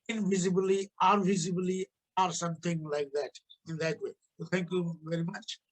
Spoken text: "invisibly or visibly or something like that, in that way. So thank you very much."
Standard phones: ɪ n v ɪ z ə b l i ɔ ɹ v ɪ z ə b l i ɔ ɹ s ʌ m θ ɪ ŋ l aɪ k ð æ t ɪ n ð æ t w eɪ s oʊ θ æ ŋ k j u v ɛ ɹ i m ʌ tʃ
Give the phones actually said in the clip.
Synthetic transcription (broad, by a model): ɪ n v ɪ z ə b l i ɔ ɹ v ɪ z ə b l i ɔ ɹ s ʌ m t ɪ ŋ l aɪ k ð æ t ɪ n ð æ t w eɪ s oʊ t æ ŋ k j u v ɛ ɹ i m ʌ tʃ